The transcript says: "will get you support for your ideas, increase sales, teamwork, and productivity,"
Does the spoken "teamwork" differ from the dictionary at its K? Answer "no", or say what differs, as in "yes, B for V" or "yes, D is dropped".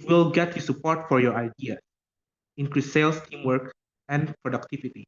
no